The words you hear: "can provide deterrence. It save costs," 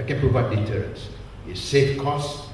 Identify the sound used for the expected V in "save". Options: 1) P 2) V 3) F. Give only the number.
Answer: 3